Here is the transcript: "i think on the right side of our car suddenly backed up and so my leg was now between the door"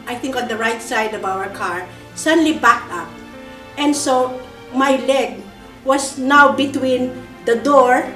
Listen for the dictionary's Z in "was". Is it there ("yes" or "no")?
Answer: no